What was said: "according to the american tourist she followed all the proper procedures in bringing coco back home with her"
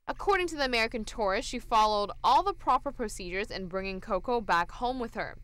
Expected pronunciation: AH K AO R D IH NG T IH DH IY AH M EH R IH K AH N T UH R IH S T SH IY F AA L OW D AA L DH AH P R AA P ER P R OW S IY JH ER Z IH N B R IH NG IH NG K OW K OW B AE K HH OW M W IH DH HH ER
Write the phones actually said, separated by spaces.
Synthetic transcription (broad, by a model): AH K AO R D IH NG T IH DH IY AH M EH R IH K AH N T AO R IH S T SH IY F AA L OW D AA L DH AH P R AA P ER P R OW S IY JH ER Z IH N B R IH NG IH NG K OW K OW B AE K HH OW M W IH DH ER